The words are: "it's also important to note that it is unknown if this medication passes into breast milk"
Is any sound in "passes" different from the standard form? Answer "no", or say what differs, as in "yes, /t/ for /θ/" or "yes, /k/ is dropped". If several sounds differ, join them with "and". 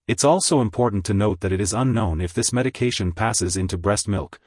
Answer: no